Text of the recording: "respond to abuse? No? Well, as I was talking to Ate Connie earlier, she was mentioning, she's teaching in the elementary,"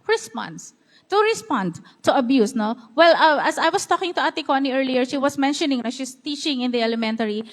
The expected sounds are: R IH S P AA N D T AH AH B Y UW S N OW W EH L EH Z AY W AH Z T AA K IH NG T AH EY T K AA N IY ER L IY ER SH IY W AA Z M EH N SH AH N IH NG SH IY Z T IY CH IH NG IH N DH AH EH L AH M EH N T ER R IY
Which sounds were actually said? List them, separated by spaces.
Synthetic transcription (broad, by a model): R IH S P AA N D T AH AH B Y UW S N OW W EH L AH S AY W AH S T AA K IH NG T AH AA T K AA N IY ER L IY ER SH IY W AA S M EH N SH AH N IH NG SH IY S T IY CH IH NG IH N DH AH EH L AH M EH N T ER R IY